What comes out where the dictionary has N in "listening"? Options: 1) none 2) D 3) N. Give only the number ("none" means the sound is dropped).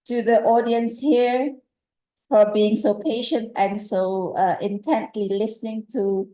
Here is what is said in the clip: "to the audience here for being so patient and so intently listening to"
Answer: 3